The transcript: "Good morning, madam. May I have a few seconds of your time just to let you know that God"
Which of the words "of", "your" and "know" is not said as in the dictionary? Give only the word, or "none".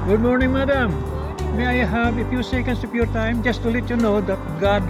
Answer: of